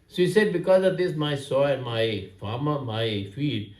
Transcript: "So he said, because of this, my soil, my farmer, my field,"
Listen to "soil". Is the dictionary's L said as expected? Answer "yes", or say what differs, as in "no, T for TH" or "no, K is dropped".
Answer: no, N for L